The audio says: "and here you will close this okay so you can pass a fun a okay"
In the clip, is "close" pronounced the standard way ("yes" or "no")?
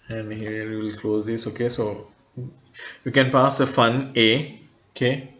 yes